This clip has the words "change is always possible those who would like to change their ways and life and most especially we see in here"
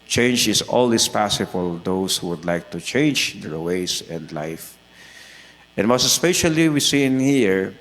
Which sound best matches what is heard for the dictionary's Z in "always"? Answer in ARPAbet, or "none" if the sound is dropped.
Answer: S